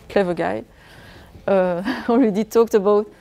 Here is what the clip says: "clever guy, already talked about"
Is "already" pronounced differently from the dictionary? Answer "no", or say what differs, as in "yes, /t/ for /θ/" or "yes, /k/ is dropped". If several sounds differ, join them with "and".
yes, /w/ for /ɹ/